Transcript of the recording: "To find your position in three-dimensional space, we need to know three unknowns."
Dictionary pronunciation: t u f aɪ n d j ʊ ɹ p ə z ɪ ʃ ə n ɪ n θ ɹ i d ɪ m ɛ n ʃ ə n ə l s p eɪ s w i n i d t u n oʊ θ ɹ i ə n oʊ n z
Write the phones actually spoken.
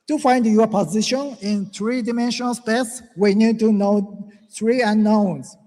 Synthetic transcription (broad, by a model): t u f aɪ n d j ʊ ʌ p ə z ɪ ʃ ə n ɪ n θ ɹ i d ɪ m ɛ n ʃ ə n ə l s p eɪ s w i n i d t u n oʊ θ ɹ i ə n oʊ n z